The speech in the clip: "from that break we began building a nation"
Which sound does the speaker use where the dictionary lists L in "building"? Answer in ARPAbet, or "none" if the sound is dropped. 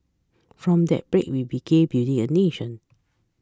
none